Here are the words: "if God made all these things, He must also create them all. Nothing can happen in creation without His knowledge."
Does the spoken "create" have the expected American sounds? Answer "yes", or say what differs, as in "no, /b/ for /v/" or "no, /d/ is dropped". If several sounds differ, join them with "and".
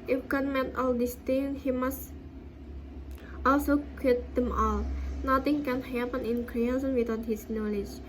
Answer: no, /ɹ/ is dropped